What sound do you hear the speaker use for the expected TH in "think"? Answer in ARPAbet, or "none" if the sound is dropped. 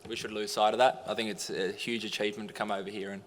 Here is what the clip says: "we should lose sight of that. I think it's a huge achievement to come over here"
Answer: TH